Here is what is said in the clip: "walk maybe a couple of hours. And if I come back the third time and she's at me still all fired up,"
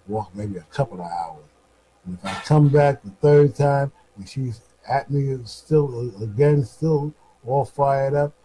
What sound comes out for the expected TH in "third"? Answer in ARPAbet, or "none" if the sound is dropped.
TH